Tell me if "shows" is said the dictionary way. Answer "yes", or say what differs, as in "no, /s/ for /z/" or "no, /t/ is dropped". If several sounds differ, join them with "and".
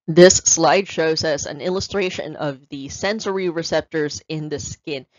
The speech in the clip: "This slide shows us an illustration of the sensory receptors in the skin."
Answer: yes